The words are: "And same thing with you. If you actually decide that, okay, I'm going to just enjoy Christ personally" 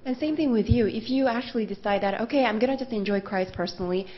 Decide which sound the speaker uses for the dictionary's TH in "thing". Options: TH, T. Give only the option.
TH